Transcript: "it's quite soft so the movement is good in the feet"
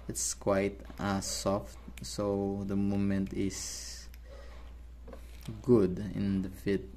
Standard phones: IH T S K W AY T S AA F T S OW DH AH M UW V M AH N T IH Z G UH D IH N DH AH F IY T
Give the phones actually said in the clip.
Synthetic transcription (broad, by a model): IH T S K W AY T S AA F T S OW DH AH M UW M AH N T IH S G UH D IH N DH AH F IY T